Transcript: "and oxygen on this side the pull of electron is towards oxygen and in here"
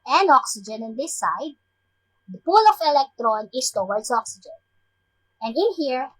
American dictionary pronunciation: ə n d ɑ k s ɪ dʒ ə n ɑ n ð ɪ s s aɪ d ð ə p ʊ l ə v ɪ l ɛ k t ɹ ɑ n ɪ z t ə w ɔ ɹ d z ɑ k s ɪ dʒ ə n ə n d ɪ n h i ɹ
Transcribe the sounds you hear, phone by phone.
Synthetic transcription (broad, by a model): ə n ɑ k s ɪ dʒ ə n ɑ n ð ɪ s s aɪ d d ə p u l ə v ɪ l ɛ k t ɹ ɑ n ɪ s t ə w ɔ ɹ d s ɑ k s ɪ dʒ ə n ə n d ɪ n h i ɹ